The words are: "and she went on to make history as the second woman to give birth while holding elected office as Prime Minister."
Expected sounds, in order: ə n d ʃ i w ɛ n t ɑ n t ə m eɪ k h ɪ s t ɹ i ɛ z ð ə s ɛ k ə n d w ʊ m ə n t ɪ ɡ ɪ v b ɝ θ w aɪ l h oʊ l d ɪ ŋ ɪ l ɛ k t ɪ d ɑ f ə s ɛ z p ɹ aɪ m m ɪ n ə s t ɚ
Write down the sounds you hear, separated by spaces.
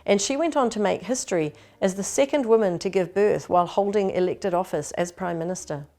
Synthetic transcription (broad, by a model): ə n ʃ i w ɛ n t n t ə m eɪ k h ɪ s t ɹ i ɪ z ð ə s ɛ k ə n d w ʊ m ə n t ɪ ɡ ɪ v b ɝ θ w aɪ l h oʊ l d ɪ ŋ ɪ l ɛ k t ɪ d ɑ f ə s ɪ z p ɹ aɪ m m ɪ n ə s t ɚ